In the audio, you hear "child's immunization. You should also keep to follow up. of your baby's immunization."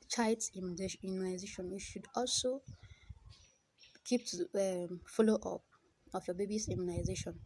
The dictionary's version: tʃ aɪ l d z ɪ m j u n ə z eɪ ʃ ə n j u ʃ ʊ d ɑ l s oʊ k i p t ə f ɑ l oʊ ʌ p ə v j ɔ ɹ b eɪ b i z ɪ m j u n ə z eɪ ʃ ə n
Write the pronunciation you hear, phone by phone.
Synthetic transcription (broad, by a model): tʃ aɪ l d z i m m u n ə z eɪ ʃ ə n j u ʃ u d ɑ l s oʊ k i p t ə f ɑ l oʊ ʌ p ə f j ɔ b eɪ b i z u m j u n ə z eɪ ʃ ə n